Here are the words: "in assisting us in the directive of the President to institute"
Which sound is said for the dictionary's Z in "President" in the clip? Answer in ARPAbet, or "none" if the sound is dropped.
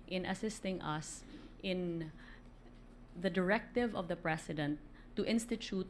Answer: S